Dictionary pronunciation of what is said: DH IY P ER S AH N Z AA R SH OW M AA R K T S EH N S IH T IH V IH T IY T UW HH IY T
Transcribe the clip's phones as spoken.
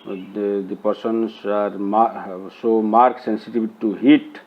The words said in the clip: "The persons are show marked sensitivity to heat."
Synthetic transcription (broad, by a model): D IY P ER S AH N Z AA R S OW M AA R K S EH N S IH T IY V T T UW HH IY T